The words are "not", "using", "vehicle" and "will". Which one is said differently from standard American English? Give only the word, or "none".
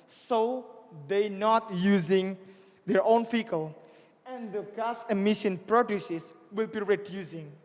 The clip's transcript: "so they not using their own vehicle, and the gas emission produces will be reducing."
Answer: vehicle